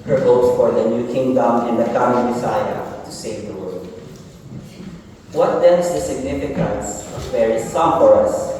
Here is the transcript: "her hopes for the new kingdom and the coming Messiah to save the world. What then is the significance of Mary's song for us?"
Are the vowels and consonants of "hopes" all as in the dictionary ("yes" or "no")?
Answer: no